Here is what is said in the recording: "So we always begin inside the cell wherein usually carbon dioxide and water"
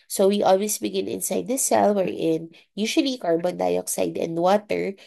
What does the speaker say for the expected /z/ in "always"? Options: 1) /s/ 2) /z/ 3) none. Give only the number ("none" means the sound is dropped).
1